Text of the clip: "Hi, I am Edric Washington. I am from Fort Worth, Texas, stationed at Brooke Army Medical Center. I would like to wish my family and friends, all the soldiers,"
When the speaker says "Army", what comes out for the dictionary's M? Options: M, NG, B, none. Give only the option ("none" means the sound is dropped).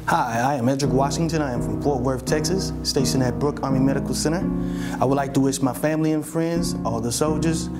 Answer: M